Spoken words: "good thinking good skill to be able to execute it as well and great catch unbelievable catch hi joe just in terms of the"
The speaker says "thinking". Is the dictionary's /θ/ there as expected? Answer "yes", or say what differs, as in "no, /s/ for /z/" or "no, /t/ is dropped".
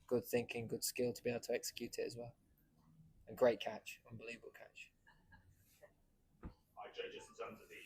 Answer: yes